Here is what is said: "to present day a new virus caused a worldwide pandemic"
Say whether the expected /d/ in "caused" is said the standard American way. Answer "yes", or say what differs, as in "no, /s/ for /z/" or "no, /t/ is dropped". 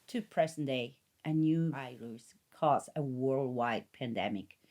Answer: no, /d/ is dropped